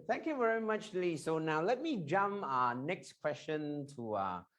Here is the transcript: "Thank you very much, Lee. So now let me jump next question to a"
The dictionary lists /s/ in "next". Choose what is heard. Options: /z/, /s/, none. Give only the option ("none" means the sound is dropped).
/s/